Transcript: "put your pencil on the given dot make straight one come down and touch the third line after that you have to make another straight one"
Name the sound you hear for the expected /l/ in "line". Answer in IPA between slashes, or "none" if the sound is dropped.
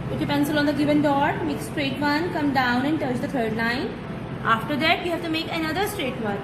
/n/